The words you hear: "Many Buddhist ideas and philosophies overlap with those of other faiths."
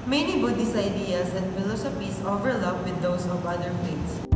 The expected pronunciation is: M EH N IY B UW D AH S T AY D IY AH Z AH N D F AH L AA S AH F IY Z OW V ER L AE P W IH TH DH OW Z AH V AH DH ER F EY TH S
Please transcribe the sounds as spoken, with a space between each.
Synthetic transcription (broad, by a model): M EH N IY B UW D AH S AY D IY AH S AH N D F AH L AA S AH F IY S OW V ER L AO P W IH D OW S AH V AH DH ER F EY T S